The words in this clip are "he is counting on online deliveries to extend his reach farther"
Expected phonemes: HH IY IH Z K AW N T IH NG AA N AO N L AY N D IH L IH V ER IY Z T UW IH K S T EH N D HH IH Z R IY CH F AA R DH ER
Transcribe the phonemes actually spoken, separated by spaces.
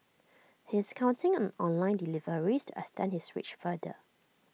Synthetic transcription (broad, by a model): HH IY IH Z K AW N T IH NG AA N AO N L AY N D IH L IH V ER IY S T UW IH S T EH N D HH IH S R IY CH F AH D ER